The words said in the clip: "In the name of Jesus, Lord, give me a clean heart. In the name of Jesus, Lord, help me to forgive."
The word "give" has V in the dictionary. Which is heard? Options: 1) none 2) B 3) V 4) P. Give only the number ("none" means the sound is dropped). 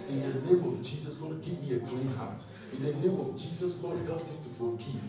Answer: 4